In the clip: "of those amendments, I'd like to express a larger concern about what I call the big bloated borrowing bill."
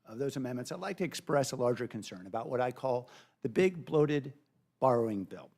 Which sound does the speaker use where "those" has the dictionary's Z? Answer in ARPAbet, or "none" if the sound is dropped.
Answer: Z